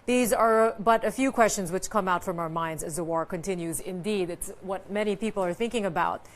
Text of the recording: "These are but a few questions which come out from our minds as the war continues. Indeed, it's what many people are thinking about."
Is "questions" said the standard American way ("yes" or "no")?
yes